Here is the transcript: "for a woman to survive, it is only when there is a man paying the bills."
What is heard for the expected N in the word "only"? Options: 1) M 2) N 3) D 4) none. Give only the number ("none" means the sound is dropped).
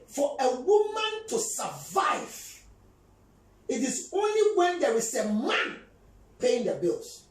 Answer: 2